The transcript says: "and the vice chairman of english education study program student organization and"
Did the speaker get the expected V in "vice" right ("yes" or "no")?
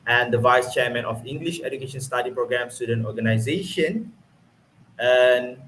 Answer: yes